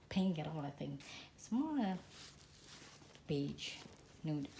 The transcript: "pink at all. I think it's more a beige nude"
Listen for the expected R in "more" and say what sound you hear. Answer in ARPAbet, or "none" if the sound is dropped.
L